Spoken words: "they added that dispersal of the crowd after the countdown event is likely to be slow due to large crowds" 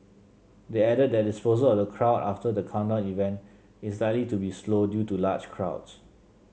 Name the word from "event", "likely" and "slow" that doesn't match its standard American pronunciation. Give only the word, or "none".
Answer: likely